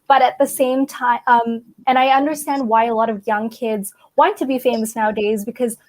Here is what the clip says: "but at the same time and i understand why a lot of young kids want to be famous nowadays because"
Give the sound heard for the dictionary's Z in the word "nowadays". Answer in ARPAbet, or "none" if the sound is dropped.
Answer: Z